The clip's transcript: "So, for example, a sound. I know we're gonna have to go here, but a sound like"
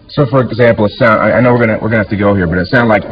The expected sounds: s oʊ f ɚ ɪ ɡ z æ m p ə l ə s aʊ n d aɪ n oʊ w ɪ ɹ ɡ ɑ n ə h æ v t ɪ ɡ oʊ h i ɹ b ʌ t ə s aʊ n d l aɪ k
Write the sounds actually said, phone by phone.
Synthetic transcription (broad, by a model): s oʊ f ɚ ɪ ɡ z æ m p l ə s aʊ n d aɪ n oʊ w ɪ ɹ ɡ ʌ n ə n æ f t ɪ ɡ oʊ h i ɹ b ʌ t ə s aʊ n d l aɪ k